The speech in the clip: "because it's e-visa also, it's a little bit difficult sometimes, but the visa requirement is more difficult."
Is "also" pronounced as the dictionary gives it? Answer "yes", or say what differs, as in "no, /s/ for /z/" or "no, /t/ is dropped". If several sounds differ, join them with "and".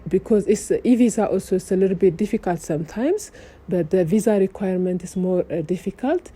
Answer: yes